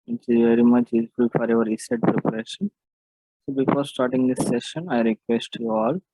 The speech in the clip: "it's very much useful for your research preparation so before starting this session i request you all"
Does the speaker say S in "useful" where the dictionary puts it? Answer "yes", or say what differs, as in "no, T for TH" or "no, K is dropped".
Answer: no, S is dropped